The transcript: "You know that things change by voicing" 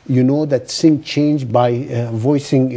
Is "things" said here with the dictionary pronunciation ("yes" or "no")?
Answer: no